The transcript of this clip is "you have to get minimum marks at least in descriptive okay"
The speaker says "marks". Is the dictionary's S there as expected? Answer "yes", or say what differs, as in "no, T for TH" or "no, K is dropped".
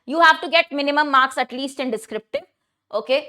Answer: yes